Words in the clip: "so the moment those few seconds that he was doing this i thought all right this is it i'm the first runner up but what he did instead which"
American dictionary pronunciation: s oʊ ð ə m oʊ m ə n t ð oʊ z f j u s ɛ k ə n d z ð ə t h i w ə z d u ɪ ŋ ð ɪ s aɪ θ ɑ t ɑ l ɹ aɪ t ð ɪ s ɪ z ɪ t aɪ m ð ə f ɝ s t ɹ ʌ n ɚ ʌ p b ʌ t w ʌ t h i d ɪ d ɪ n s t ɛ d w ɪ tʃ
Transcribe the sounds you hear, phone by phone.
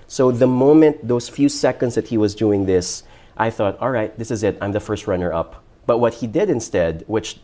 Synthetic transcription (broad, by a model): s oʊ ð ə m oʊ m ə n t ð oʊ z f j u s ɛ k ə n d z ð ə t h i w ə z d u ɪ ŋ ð ɪ s aɪ θ ɑ t ɑ l ɹ aɪ t ð ɪ s ɪ z ɪ t aɪ m ð ə f ɝ s t ɹ ʌ n ɚ ʌ p b ʌ t w ʌ t h i d ɪ d ɪ n s t ɛ d w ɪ tʃ